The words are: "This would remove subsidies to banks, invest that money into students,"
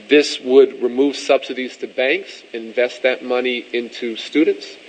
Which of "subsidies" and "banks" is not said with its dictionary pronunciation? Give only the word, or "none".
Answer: none